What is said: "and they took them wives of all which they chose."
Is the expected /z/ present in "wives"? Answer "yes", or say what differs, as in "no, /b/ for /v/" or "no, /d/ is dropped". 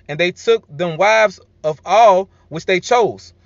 yes